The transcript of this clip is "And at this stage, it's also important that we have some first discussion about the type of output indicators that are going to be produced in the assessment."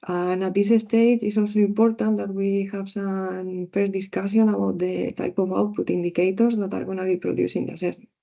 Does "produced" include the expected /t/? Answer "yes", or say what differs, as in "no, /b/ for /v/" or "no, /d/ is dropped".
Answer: no, /t/ is dropped